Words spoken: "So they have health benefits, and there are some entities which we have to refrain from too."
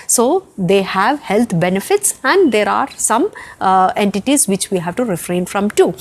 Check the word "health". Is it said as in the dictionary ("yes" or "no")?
no